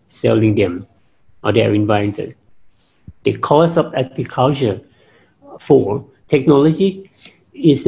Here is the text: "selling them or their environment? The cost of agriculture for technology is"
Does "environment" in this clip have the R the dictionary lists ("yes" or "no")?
no